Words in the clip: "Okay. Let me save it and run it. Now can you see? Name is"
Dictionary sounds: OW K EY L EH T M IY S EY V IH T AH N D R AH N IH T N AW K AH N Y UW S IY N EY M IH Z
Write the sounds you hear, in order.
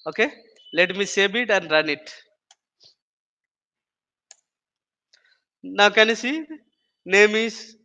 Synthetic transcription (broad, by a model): OW K EY L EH T M IY S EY B IH T AH N D R AH N IH T N AW K AH N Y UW S IY N EY M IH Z